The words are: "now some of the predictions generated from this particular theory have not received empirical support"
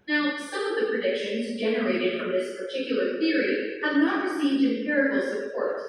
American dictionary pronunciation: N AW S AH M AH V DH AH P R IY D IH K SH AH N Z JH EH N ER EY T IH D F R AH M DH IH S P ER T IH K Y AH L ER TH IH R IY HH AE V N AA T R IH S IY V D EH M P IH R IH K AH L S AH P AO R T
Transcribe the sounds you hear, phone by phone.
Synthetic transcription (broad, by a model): N AW S AH M AH V DH AH P R IY D IH K SH AH N Z JH EH N ER EY T IH D F R AH M DH IH S P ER T IH K Y L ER TH IH R IY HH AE V N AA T R IH S IY V D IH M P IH R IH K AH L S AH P AO R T